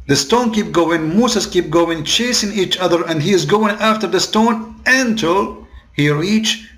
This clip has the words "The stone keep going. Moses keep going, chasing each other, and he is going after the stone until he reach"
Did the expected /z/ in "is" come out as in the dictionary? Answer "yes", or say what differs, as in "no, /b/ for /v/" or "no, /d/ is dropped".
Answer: yes